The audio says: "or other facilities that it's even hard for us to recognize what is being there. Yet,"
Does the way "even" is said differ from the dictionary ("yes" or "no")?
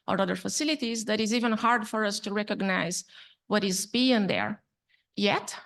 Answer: no